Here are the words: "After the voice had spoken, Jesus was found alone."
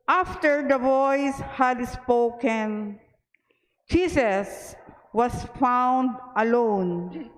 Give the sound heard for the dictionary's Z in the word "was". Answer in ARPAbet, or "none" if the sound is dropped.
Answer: S